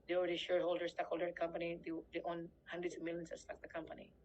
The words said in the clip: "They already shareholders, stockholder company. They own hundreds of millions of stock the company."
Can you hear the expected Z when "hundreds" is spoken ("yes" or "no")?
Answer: no